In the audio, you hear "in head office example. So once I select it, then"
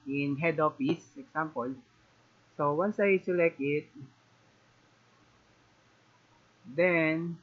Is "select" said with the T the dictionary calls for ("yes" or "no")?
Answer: no